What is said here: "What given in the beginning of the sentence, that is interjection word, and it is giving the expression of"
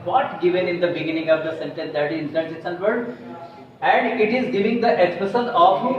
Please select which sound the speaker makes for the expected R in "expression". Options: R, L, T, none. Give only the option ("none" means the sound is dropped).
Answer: none